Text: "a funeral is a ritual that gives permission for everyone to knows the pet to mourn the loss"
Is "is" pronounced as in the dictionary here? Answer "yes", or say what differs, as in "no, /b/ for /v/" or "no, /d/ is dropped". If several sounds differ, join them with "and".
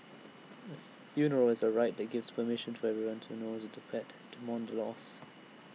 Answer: yes